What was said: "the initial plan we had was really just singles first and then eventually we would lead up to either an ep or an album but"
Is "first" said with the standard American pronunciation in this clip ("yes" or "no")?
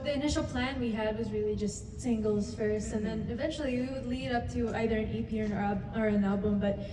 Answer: yes